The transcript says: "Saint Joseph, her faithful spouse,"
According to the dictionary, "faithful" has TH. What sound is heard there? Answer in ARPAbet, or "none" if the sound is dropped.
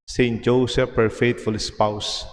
T